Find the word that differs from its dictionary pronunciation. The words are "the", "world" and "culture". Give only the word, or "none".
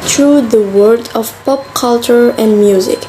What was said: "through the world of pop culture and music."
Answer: world